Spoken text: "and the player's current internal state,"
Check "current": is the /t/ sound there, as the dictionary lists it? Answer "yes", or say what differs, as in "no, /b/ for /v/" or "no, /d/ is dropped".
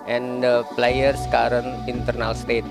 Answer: no, /t/ is dropped